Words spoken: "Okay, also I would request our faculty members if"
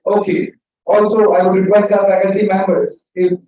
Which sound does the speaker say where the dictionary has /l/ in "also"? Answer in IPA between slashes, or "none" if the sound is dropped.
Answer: /l/